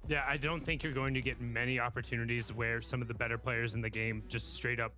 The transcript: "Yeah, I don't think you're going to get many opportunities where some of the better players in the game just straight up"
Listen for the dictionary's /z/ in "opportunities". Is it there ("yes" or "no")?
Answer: yes